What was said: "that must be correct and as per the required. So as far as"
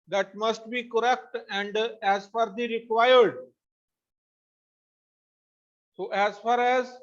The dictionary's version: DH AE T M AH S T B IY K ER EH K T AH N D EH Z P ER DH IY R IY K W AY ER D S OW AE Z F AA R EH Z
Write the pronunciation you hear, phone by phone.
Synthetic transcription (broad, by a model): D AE T M AH S T B IY K ER EH K T AH N D EH Z F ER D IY R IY K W AY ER D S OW AE Z F AA R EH Z